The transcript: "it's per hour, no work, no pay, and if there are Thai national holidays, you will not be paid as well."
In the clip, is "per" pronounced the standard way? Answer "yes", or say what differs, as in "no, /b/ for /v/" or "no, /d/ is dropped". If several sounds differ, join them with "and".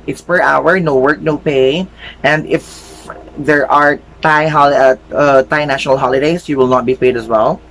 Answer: yes